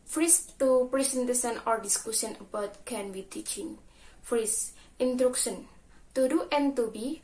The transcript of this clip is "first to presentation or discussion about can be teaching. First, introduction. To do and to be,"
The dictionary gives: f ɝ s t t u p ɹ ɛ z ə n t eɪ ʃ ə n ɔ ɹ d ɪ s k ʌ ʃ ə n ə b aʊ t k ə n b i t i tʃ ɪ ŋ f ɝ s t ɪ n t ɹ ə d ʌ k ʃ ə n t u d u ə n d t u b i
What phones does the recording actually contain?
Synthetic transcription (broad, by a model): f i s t t u p ɹ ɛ s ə n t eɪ s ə n ɔ ɹ d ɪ s k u s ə n ə b aʊ t k ə n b i t i tʃ ɪ ŋ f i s t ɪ n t ɹ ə k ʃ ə n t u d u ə n t u b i